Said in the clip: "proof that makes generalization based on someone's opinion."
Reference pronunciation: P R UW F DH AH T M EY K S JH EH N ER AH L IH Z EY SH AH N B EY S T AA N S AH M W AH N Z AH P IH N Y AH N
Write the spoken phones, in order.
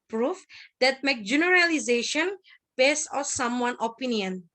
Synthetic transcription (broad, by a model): P R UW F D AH T M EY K JH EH N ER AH L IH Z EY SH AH N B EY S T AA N S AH M W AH N AH P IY N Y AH N